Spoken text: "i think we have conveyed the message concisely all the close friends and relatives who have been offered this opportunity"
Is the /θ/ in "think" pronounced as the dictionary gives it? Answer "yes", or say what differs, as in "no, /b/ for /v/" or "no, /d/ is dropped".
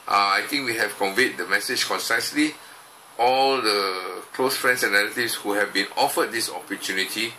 no, /t/ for /θ/